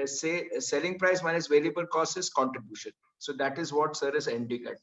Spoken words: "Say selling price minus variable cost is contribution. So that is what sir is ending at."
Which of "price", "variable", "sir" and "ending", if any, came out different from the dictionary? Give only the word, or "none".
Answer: variable